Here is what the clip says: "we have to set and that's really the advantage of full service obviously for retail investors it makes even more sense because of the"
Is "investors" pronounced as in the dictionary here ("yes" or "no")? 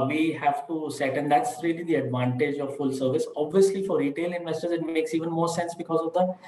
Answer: yes